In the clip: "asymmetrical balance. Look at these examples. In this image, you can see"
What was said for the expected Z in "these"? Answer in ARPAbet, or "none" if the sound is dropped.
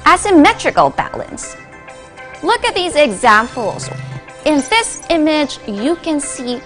Z